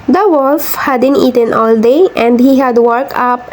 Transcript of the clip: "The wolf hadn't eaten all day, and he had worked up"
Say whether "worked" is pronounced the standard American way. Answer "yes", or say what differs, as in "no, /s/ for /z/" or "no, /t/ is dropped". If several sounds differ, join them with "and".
no, /t/ is dropped